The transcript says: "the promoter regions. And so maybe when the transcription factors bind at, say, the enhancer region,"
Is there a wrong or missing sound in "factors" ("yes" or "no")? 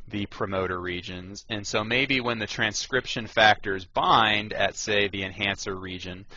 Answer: no